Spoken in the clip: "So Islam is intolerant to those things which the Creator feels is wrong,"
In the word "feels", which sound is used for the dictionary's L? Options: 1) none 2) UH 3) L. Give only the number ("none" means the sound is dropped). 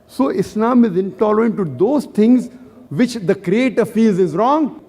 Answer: 1